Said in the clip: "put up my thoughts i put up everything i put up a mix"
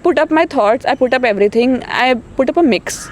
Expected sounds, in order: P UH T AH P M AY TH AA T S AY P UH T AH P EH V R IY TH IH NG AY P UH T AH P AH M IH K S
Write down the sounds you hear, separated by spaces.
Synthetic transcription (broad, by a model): P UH T AH P M AY T AA T S AY P UH T AH P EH V R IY T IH NG AY P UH T AH P AH M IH K S